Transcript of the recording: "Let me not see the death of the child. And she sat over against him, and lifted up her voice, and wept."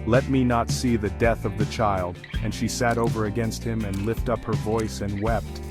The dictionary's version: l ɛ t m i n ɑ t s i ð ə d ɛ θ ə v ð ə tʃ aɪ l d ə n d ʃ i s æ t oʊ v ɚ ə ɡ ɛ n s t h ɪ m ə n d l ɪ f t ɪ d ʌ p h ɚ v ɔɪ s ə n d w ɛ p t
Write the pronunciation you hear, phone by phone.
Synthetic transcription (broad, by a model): l ɛ t m i n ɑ t s i ð ə d ɛ θ ə v ð ə tʃ aɪ l d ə n ʃ i s æ t oʊ v ɚ ə ɡ ɛ n s t h ɪ m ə n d l ɪ f t ʌ p h ɚ v ɔɪ s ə n w ɛ p t